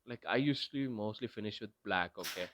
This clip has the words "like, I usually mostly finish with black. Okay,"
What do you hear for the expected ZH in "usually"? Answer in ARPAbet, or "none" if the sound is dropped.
S